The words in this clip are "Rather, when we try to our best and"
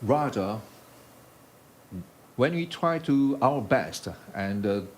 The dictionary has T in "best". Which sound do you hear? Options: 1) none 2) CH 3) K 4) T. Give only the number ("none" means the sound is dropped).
4